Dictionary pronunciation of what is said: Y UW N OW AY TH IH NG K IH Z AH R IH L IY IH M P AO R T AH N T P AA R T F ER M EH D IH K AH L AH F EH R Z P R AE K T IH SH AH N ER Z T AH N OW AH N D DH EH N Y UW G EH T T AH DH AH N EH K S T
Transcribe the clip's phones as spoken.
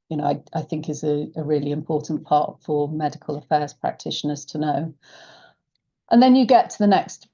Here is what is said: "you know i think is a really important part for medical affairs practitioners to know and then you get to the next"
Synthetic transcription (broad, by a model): Y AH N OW AY TH IH NG K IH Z AH R IH L IY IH M P AO T N P AA T F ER M EH D IH K AH L AH F EH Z P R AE K T IH SH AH N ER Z T AH N OW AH N DH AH N Y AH G EH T T AH DH AH N EH K S T